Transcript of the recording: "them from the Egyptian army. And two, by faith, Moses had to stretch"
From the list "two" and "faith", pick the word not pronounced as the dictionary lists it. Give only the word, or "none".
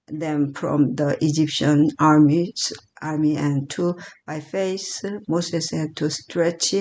faith